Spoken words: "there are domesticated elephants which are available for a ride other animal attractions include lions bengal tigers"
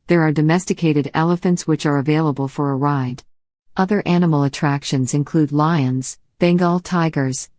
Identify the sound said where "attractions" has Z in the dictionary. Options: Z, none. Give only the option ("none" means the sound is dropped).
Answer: Z